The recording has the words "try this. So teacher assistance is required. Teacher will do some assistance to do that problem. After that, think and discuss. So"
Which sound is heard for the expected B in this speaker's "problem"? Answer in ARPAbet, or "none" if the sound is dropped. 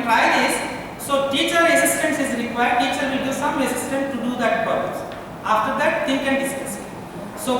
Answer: none